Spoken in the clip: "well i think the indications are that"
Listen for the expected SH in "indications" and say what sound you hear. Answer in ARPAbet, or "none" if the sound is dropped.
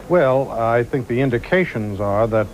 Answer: SH